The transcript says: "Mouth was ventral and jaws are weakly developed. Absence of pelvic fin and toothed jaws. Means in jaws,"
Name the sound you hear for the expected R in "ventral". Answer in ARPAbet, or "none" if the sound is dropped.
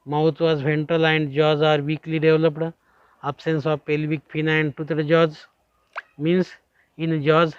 none